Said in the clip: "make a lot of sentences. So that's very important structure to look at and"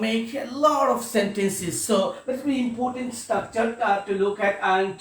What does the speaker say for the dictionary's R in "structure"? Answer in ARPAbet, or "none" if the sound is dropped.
none